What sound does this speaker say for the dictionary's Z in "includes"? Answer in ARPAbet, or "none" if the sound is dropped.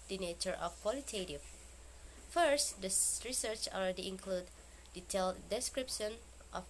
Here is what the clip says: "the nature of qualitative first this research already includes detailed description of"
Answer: none